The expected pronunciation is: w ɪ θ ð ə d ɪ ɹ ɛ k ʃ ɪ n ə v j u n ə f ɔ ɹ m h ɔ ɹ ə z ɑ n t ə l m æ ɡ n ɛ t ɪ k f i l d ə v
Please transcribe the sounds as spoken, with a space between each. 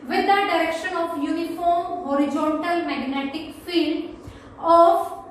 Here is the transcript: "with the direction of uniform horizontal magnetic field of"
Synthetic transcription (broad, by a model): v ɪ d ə d ɪ ɹ ɛ k ʃ ɪ n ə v j u n ə f ɔ ɹ m h ɔ ɹ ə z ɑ n t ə l m æ ɡ n ɛ t ɪ k f i l d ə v